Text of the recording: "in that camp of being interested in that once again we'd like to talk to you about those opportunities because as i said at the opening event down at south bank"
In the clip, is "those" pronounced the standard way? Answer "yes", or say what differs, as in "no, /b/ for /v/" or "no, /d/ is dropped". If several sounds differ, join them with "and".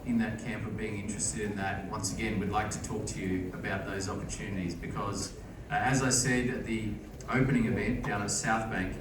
yes